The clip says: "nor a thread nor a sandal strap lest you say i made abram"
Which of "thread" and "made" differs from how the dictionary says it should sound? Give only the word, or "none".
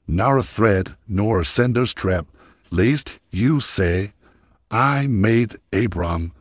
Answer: none